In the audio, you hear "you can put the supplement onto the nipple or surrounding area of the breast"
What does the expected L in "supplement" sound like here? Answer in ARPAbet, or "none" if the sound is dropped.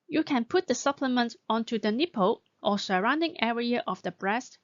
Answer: L